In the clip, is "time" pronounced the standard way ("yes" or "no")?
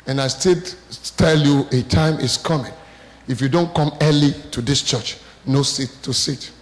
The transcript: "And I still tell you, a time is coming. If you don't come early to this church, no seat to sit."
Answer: yes